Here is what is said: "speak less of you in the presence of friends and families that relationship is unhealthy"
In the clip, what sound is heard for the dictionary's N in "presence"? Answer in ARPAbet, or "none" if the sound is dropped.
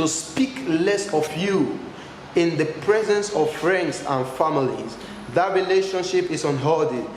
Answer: N